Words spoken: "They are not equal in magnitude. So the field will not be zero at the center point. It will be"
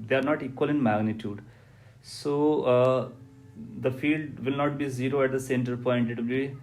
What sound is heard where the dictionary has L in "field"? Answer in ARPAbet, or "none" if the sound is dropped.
L